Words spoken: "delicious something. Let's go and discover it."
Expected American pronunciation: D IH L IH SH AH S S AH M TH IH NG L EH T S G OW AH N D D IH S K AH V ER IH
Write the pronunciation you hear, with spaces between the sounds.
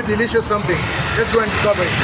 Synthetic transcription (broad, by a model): D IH L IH SH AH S S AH M T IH NG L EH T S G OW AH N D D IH S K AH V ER